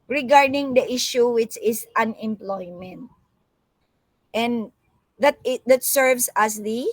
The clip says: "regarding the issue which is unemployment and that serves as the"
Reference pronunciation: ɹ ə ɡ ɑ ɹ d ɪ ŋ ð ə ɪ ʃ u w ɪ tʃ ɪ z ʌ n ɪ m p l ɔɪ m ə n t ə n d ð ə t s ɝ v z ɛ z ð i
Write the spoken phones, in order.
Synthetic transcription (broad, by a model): ɹ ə ɡ ɑ ɹ d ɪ ŋ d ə ɪ ʃ u w ɪ tʃ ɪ s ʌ n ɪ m p l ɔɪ m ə n t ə n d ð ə t s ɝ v s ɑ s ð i